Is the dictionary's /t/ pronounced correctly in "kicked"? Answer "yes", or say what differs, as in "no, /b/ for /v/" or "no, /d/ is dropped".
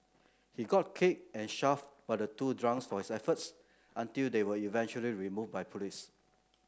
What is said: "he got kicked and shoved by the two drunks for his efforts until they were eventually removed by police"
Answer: no, /t/ is dropped